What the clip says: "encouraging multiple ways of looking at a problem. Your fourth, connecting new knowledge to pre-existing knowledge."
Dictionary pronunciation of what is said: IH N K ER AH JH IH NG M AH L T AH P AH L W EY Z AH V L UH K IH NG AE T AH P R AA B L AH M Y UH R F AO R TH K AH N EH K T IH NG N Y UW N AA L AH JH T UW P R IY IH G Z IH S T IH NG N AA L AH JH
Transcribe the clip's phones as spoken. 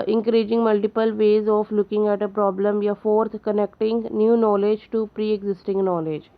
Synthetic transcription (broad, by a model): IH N K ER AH JH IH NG M AH L T AH P AH L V EY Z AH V L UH K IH NG AE T AH P R AA B L AH M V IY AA F AO R T K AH N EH K T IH NG N Y UW N AA L AH JH T UW P R IY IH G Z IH S T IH NG N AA L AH JH